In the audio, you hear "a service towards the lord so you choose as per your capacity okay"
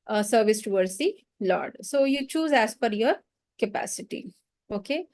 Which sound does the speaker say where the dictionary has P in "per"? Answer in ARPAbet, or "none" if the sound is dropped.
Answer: F